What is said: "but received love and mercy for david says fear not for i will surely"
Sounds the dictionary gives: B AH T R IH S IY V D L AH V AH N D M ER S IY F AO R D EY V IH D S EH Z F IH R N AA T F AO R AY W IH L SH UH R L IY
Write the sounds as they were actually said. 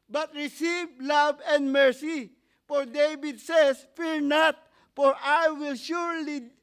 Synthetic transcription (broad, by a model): B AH T R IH S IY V L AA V AH N D M ER S IY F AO R D EY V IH D S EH S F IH R N AA T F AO R AY W IH L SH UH R L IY